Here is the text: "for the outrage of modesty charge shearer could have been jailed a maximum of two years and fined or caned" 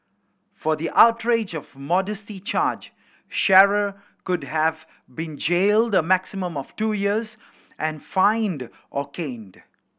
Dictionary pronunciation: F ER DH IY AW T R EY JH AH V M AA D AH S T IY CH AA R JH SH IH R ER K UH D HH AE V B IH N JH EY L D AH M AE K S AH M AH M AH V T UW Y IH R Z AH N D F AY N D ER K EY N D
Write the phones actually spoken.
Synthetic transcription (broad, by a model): F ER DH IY AW T R EY JH AH V M AA D AH S T IY CH AA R JH SH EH R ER K UH D HH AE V B IH N JH EY L D AH M AE K S AH M AH M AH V T UW Y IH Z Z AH N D F AY N D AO K EY N D